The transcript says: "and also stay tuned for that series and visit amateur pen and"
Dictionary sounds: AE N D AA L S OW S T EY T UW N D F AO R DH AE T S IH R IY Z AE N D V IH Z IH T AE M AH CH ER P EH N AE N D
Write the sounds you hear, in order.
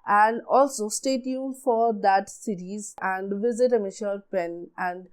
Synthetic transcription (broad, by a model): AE N D AA L S OW S T EY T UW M F AO R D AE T S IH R IY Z AE N D V IH Z IH T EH M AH SH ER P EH N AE N D